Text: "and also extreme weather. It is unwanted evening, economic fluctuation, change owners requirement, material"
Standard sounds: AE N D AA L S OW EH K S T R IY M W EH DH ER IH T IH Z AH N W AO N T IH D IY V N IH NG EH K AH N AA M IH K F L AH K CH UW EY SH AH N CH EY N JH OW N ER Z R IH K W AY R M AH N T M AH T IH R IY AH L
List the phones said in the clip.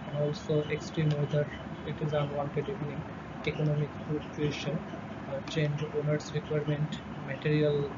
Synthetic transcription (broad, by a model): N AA L S OW EH K S T R IY M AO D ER IH T IH Z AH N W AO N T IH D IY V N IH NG EH K AH N AA M IH K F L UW CH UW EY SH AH N CH EY N JH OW N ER S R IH K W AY R M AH N T M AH T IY R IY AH L